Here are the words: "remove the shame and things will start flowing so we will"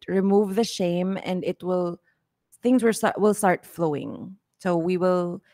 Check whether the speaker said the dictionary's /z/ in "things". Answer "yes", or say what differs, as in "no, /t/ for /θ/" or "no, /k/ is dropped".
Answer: yes